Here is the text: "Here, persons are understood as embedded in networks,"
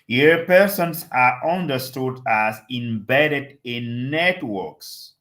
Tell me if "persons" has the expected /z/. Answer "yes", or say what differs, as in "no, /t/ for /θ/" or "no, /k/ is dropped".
no, /s/ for /z/